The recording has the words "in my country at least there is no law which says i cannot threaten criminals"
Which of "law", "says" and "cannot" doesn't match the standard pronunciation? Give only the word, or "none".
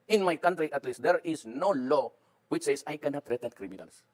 says